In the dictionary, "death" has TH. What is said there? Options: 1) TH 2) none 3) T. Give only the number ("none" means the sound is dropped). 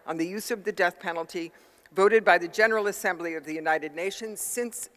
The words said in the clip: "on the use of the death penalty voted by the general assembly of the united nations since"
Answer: 1